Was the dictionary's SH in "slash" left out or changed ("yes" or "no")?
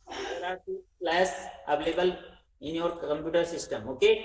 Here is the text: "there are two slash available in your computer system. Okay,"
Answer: yes